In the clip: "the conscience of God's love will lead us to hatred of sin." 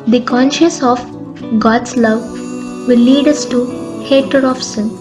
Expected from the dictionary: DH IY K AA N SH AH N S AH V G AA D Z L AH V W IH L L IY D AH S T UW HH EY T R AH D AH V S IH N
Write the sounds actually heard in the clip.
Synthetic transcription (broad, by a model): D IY K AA N SH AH S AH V G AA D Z L AH V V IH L L IY D AH S T UW HH EY T AH D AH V S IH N